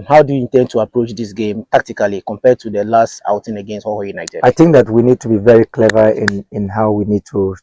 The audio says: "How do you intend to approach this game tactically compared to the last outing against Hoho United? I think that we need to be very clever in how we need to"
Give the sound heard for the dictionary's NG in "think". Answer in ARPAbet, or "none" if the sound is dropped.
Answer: NG